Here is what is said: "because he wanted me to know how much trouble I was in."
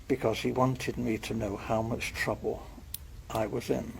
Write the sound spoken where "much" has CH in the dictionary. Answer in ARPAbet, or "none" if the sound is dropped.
CH